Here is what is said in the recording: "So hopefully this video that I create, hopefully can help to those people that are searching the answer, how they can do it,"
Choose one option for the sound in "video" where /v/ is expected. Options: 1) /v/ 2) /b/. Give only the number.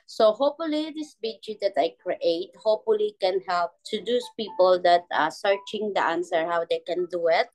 2